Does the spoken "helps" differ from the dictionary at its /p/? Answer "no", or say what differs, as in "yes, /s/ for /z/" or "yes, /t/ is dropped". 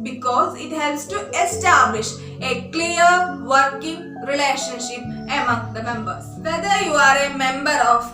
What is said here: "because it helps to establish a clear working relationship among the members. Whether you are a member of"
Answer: yes, /p/ is dropped